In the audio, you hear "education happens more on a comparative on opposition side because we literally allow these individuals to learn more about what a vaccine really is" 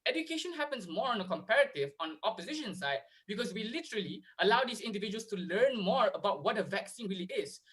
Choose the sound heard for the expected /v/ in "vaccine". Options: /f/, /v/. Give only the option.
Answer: /v/